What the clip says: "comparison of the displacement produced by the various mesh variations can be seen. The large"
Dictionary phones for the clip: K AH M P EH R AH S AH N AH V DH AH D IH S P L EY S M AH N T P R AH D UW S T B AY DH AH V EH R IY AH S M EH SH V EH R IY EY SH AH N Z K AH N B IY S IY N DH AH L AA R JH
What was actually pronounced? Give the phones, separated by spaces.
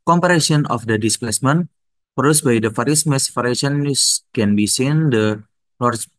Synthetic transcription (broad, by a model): K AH M P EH R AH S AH N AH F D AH D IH S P L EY S M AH N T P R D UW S B AY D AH F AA R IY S M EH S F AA R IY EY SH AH N S K AH N B IY S IY N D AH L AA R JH